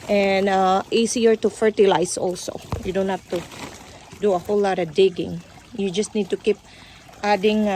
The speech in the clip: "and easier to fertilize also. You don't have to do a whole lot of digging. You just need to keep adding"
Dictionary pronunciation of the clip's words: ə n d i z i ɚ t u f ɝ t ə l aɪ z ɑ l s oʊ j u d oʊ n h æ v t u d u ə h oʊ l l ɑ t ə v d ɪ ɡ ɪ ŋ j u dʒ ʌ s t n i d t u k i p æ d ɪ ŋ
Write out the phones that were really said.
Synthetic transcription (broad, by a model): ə n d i s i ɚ t u f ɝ t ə l aɪ s ɑ l s oʊ j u d oʊ n h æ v t u d u ə h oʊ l l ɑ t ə d ɪ ɡ ɪ ŋ j u dʒ ʌ s t n i d t u k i p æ d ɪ ŋ